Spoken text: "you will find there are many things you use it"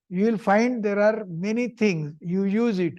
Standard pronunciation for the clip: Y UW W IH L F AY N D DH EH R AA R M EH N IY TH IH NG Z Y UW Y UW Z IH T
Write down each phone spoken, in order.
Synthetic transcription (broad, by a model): Y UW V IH L F AY N D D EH R AA R M EH N IY T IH NG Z Y UW Y UW Z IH T